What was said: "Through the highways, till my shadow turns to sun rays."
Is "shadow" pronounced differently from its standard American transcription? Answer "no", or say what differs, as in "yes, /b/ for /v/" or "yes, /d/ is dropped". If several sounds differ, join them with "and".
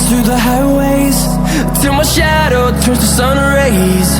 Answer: no